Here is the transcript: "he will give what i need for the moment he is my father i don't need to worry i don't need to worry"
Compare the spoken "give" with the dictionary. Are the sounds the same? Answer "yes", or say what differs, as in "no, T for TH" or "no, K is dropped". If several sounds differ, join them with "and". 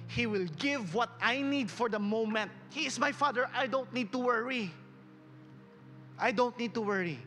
yes